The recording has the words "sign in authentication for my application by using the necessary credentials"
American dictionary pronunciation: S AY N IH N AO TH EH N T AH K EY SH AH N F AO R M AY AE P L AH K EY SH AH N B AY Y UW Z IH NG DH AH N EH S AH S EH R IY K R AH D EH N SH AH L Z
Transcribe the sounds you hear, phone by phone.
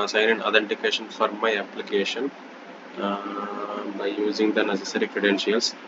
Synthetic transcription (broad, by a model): S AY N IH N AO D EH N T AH K EY SH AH N F AO R M AY AE P L AH K EY SH AH N B AY Y UW Z IH NG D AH N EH S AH S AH R IY K R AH D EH N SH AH L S